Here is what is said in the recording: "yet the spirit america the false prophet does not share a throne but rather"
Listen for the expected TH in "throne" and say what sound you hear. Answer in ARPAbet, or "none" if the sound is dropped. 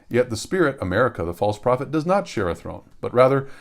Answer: TH